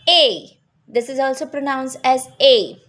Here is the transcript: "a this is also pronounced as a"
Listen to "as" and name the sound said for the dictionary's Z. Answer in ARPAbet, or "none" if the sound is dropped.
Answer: Z